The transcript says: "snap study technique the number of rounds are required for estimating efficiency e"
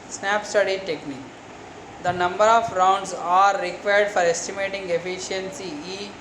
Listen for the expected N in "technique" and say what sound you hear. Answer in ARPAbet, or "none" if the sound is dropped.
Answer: N